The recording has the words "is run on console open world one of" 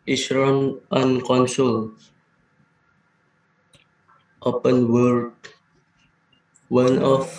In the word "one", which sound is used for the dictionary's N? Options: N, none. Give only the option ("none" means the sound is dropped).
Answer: N